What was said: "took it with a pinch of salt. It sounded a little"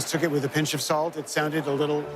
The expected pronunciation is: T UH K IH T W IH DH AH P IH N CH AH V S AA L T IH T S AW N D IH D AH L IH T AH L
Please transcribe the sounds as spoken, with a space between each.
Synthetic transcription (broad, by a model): T UH K IH T W IH DH AH P IH N CH AH V S AA L T IH T S AW N D IH D AH L IH T L